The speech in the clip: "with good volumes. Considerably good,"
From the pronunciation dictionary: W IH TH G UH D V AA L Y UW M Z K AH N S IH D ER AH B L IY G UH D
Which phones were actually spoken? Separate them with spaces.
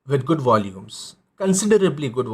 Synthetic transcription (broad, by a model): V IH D G UH D V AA L Y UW M S K AH N S IH D ER AH B L IY G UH D